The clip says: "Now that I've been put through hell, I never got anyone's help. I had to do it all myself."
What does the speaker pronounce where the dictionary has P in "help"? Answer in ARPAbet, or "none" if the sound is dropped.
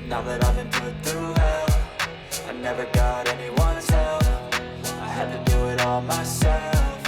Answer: F